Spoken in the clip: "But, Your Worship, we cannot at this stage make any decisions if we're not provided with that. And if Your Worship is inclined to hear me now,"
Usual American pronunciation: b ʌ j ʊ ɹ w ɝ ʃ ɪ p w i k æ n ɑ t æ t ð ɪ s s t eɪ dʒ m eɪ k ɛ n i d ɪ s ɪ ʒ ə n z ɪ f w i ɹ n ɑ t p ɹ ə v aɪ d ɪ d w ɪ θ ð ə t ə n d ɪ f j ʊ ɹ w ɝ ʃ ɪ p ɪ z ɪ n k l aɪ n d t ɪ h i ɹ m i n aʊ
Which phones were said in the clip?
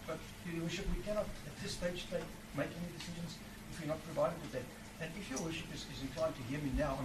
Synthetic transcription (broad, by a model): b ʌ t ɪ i w ɝ ʃ ɪ p w i k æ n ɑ t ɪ t ð ɪ s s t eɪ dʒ m eɪ k ɛ n i d ɪ s ɪ ʒ ə n z ɪ f w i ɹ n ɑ t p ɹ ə v aɪ d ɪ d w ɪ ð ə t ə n ɪ f j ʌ ɹ w ɝ ʃ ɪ p ɪ z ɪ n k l aɪ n t ɪ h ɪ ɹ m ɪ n aʊ